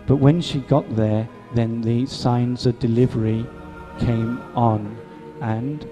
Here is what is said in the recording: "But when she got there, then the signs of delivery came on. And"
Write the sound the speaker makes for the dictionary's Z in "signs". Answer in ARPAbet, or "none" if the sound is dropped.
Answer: Z